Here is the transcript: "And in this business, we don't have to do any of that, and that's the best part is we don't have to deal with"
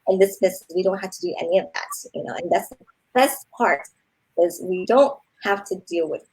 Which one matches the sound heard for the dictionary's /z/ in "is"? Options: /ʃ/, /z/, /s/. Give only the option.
/z/